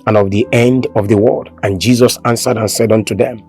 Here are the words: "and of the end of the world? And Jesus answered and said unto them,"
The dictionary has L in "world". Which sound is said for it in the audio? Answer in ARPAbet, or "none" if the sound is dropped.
none